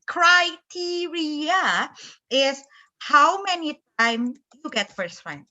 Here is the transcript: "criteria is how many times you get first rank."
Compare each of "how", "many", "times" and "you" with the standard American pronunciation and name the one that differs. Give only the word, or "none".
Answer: times